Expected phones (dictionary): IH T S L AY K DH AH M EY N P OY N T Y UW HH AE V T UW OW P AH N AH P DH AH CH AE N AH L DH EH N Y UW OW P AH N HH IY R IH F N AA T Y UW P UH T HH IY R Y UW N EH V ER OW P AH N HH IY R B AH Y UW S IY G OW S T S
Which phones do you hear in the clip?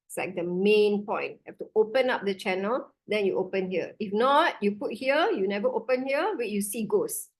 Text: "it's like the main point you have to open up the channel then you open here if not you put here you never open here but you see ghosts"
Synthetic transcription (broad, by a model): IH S L AY K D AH M EY N P OY N T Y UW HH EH F T UW OW P AH N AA P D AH CH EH N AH L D EH N Y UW OW P AH N HH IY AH IH F N AA T Y UW P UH T HH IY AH Y UW N EH V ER OW P AH N HH IY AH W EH Y UW S IY G OW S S